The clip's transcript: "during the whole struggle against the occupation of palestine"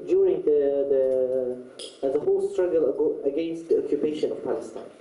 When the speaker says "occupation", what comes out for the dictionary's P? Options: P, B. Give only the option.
P